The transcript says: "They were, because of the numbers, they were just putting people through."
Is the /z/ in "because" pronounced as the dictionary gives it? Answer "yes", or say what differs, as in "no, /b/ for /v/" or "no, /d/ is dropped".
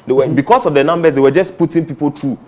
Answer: no, /s/ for /z/